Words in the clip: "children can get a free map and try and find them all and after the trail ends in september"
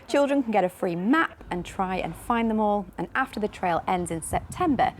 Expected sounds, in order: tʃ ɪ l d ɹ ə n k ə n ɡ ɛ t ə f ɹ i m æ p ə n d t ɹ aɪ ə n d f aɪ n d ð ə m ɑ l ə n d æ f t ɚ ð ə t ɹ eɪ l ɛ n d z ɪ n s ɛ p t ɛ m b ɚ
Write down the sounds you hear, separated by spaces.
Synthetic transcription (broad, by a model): tʃ ɪ l d ɹ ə n k ə n ɡ ɛ t ə f ɹ i m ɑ p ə n t ɹ aɪ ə n f aɪ n ð ə m ɑ l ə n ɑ f t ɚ ð ə t ɹ eɪ l ɛ n d z ɪ n s ɛ p t ɛ m b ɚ